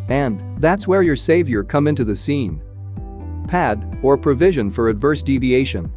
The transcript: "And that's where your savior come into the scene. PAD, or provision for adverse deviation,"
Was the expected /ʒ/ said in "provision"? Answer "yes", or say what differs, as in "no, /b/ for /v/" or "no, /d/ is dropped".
yes